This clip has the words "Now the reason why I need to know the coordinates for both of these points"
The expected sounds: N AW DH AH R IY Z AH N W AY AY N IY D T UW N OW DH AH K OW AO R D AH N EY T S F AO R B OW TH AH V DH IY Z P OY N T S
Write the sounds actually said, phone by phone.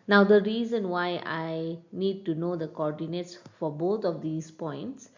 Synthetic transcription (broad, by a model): N AW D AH R IY Z AH N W AY AY N IY D T UW N OW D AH K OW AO R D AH N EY T S F AO R B OW T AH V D IY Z P OY N T S